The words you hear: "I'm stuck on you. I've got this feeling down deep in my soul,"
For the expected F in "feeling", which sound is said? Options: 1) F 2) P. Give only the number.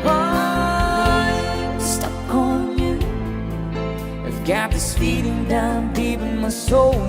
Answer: 2